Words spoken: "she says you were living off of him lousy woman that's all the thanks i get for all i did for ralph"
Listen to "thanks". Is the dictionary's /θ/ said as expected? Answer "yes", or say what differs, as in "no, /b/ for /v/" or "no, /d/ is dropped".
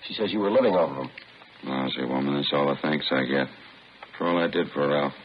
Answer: yes